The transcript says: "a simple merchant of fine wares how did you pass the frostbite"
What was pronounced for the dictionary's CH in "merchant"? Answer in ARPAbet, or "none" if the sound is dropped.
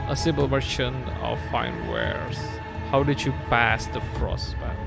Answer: SH